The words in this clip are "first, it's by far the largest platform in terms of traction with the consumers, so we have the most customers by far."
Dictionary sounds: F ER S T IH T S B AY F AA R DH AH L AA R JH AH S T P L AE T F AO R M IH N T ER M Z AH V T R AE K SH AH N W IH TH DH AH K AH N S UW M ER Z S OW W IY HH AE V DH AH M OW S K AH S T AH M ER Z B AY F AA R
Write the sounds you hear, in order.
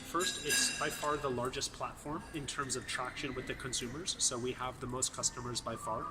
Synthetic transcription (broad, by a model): F ER S T IH T S B AY F AA R DH AH L AA R JH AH S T P L AE T F AO R M IH N T ER M Z AH V T R AE K SH AH N W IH DH AH K AH N S UW M ER Z S OW W IY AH V DH AH M OW S K AH S T AH M ER Z B AY F AA R